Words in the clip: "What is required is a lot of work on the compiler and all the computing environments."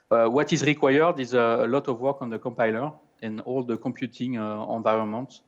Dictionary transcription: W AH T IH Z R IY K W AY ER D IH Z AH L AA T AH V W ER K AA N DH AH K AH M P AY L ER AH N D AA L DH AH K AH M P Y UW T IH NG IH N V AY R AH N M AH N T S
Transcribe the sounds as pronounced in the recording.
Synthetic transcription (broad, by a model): W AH T IH Z R IY K W AY ER D IH Z AH L AA T AH V W ER K AA N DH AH K AH M P AY L ER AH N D AA L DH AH K AH M P Y UW T IH NG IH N V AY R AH N M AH N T